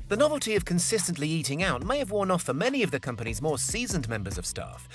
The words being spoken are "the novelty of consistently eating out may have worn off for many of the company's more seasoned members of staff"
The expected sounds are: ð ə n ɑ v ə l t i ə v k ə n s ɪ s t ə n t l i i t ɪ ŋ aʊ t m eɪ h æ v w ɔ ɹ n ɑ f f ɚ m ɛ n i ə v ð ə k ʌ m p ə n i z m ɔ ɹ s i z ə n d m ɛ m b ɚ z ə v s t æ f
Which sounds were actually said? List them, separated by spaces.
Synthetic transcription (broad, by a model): ð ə n ɑ v ə l t i ə v k ə n s ɪ s t ə n t l i i t ɪ ŋ aʊ t m eɪ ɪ v w ɔ ɹ n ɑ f f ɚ m ɛ n i ə v ð ə k ʌ m p ə n i z m ɔ ɹ s i z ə n m ɛ m b ɚ z ə v s t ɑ f